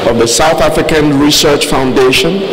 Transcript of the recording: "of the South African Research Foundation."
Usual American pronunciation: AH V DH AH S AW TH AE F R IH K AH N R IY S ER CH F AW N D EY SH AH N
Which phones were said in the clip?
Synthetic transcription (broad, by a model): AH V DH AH S AW TH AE F R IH K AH N R IY S ER CH F AW N D EY SH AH N